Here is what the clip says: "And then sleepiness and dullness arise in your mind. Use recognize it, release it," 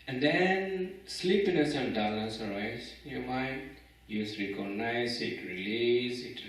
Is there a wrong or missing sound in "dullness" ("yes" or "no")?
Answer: yes